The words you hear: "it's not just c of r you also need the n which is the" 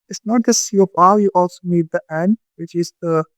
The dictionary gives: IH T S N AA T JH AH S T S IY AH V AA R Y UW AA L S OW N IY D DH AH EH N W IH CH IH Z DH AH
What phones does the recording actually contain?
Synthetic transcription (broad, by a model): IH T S N AA T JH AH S S IY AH P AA L Y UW AA L S OW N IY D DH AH EH N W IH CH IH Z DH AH